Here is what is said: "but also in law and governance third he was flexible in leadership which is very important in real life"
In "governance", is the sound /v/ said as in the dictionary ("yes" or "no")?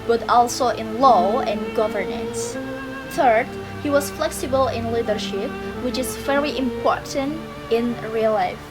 yes